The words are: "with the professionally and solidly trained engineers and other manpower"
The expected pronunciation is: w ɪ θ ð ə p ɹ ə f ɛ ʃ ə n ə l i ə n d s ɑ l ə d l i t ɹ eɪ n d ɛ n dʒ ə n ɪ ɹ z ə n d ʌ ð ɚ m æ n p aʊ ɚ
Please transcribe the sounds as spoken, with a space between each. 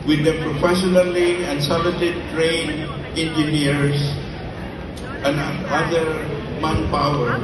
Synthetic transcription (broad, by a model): w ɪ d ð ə p ɹ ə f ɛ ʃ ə n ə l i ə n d s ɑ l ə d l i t ɹ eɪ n ɛ n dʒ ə n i ɹ s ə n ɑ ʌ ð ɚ m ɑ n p aʊ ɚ